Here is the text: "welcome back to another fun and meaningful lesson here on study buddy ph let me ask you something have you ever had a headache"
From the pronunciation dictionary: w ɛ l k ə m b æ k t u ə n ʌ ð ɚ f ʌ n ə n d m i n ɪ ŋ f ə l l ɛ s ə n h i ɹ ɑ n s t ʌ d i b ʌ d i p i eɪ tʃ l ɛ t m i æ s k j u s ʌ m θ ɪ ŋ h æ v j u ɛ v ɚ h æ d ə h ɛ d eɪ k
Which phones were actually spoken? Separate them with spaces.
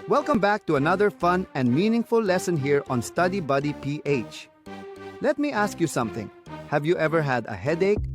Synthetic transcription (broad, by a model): w ɛ l k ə m b æ k t u ə n ʌ ð ɚ f ʌ n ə n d m i n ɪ ŋ f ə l l ɛ s ə n h i ɹ ɑ n s t ʌ d i b ʌ d i p i eɪ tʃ l ɛ t m i æ s k j u s ʌ m θ ɪ ŋ h æ v j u ɛ v ɚ h æ d ə h ɛ d eɪ k